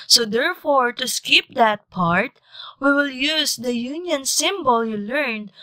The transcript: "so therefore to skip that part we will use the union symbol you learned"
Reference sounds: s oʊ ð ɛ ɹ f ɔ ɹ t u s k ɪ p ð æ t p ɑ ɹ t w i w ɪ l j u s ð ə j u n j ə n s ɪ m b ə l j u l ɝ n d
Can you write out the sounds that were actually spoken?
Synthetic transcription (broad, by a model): s oʊ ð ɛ ɹ f ɔ ɹ t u s k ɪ p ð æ t p ɑ ɹ t w i w ɪ l j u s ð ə j u n j ə n s ɪ m b ə l j u l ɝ n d